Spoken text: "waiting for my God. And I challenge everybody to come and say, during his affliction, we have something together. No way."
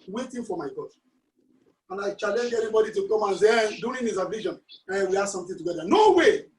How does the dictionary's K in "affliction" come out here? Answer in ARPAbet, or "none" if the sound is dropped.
none